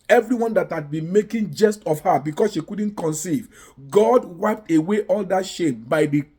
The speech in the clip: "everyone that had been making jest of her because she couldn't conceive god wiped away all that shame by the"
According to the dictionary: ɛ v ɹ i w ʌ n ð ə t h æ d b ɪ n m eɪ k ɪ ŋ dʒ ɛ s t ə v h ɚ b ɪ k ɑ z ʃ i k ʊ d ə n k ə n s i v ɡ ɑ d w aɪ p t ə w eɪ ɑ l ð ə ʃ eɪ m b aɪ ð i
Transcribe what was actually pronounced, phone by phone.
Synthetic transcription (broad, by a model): ɛ v ɹ i w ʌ n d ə t h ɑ d b ɪ n m eɪ k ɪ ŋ dʒ ɛ s t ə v h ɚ b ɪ k ɑ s ʃ i k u d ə n k ə n s i v ɡ ɑ d w aɪ p t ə w eɪ ɑ l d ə ʃ eɪ m b aɪ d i